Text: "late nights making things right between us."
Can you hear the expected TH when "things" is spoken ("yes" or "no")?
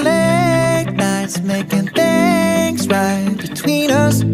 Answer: yes